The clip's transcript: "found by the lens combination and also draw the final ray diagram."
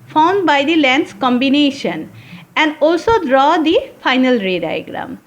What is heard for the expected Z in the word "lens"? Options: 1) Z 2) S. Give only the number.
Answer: 2